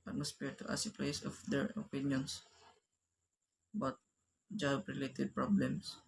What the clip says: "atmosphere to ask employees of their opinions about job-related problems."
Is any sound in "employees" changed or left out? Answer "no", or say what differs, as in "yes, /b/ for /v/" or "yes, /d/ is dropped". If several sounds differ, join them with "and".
yes, /m/ is dropped and /s/ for /z/